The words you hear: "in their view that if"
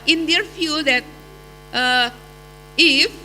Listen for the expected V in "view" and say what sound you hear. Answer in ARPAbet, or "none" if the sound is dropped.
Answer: F